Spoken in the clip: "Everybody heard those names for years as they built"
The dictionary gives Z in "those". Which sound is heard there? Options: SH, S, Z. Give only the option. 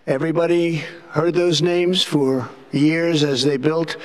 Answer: Z